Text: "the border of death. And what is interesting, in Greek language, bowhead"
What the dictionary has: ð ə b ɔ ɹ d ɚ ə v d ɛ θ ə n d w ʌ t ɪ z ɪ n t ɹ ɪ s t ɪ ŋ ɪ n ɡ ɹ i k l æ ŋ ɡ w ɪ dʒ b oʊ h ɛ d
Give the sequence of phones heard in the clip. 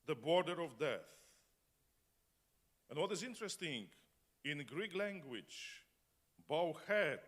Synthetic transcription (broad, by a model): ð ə b ɔ ɹ d ɚ ə v d ɛ θ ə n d w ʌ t ɪ z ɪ n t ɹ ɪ s t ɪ ŋ ɪ n ɡ ɹ i k l æ ŋ ɡ w ɪ dʒ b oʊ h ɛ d